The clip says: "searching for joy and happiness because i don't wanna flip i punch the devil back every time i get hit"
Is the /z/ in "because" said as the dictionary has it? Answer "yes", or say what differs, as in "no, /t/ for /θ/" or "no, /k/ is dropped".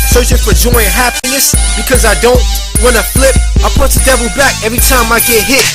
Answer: yes